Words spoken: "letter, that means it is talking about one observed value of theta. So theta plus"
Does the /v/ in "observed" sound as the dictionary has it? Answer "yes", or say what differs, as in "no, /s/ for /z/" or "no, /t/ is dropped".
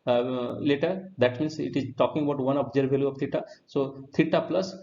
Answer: no, /v/ is dropped